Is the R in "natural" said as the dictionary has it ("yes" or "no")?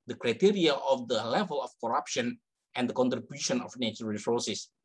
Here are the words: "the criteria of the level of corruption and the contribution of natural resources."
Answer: no